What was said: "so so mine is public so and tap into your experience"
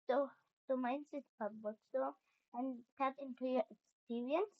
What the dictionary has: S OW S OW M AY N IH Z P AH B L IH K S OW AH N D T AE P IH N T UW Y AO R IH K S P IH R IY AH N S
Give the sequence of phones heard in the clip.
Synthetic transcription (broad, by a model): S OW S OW M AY N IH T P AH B IH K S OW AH N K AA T IH N T UW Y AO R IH K S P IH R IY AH N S